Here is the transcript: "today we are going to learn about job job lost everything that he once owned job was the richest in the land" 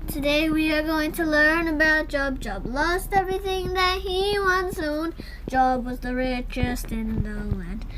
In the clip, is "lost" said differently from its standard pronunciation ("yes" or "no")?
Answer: no